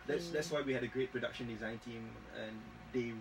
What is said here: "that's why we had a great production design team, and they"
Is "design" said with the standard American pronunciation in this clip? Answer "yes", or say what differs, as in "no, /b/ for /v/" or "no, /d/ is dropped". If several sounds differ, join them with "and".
yes